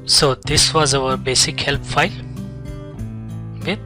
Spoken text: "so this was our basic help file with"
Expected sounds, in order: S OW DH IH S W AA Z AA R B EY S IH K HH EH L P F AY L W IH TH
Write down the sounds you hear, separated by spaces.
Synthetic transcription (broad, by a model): S OW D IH S W AA Z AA W B EY S IH K HH EH L P F AY L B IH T